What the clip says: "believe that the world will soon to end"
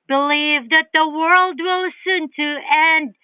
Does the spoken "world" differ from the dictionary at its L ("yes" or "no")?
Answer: no